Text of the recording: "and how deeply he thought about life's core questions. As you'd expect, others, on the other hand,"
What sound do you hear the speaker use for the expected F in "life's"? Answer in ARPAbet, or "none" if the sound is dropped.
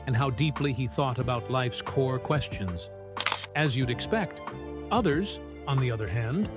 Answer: F